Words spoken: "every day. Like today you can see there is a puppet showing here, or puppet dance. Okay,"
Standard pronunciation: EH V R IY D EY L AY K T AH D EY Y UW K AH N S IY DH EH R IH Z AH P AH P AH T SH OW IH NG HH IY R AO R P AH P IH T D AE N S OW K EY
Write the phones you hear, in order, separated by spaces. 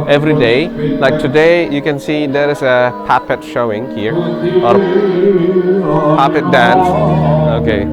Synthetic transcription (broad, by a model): EH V R IY D EY L AY K T AH D EY Y UW K AH N S IY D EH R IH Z AH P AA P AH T SH OW IH NG HH IY R AO R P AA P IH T D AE N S OW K EY